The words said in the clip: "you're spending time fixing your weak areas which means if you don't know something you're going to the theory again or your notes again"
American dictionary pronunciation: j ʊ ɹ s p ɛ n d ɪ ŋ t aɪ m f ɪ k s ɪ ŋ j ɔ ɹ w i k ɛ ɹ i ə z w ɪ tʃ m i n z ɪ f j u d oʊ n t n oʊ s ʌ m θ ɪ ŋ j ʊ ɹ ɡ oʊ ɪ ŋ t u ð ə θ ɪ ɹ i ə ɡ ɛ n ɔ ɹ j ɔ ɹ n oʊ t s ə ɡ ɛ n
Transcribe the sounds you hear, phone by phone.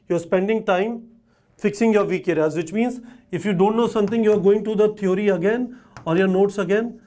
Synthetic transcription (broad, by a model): j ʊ ɹ s p ɛ n d ɪ ŋ t aɪ m f ɪ k s ɪ ŋ j ɔ ɹ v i k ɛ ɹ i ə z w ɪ tʃ m i n z ɪ f j u d oʊ n t n oʊ s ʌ m t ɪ ŋ j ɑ ɹ ɡ oʊ ɪ ŋ t u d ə t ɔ ɹ i ə ɡ ɛ n ɔ ɹ j ɔ ɹ n oʊ t s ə ɡ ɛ n